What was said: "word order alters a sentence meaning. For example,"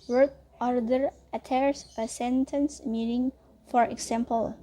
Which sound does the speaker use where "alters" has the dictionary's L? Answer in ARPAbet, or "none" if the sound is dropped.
none